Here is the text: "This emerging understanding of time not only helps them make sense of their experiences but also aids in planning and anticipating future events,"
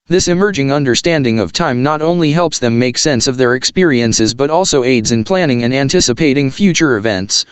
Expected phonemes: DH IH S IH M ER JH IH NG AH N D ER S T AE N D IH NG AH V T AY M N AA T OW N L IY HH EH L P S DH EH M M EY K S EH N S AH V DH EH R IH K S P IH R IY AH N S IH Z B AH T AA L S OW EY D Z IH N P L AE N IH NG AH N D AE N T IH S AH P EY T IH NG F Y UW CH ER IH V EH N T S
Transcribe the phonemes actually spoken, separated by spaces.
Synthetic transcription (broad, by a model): DH IH S IH M ER JH IH NG AH N D ER S T AE N D IH NG AH V T AY M N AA T OW N L IY HH EH L P S DH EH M M EY K S EH N S AH V DH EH R IH K S P IH R IY AH N S IH Z B AH T AA L S OW EY D Z IH N P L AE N IH NG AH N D AE N T IH S AH P EY T IH NG F Y UW CH ER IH V EH N T S